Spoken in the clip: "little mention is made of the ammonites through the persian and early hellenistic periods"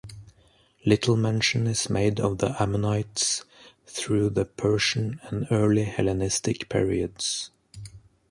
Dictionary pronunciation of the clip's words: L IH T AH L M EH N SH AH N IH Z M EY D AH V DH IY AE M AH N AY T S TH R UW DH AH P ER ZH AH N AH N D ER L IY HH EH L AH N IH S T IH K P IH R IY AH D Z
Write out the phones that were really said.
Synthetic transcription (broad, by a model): L IH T L M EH N SH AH N IH Z M EY D AH V DH IY AE M AH N AY T S TH R UW DH AH P ER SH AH N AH N ER L IY HH EH L AH N IH S T IH K P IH R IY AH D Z